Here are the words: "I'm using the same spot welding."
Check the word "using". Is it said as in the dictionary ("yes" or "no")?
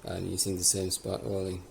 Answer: no